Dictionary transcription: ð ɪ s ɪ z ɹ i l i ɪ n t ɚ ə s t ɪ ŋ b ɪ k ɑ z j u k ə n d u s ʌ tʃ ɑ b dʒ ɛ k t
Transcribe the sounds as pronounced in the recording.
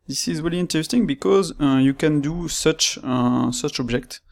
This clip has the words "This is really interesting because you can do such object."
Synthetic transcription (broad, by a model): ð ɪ s ɪ z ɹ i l i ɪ n t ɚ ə s t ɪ ŋ b ɪ k ɑ z j u k ə n d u s ʌ tʃ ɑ b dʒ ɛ k t